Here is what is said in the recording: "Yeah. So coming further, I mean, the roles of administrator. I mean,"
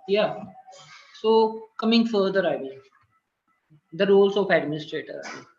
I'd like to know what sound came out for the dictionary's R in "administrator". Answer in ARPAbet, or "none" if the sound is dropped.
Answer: R